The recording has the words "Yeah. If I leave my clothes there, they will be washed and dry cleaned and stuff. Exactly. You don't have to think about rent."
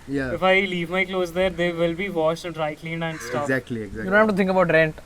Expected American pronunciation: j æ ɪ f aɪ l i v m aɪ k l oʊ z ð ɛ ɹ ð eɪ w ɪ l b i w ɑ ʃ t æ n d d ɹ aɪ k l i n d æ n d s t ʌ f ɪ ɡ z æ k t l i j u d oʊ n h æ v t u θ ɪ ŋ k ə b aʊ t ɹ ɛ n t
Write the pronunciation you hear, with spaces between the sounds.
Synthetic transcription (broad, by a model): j ɪ f aɪ l i v m aɪ k l oʊ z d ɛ ɹ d eɪ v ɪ l b i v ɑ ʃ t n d d ɹ aɪ k l i n d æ n d s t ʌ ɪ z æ k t l i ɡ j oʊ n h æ f t u t ɪ ŋ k ə b aʊ t ɹ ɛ n t